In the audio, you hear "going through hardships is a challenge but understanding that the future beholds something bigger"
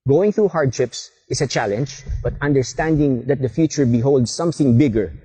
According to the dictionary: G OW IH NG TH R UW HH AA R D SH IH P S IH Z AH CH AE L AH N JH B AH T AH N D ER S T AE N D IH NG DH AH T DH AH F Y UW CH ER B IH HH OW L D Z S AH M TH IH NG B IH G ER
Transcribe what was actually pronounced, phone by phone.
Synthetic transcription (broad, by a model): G OW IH NG TH R UW HH AA R D SH IH P S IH S AH CH AE L AH N JH B AH T AH N D ER S T AE N D IH NG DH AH T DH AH F Y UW CH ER B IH HH OW L D S AH M TH IH NG B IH G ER